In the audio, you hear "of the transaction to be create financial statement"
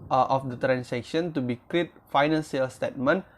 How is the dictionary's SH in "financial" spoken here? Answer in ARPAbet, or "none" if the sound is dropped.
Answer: S